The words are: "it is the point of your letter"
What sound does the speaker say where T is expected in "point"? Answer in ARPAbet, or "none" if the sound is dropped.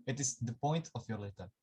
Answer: T